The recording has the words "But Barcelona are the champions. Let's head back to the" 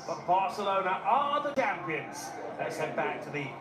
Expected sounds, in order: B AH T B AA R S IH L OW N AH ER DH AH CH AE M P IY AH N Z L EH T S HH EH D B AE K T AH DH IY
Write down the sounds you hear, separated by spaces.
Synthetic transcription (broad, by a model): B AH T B AA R S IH L OW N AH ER DH AH CH AE M P IY AH N Z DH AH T S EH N B AE K T AH DH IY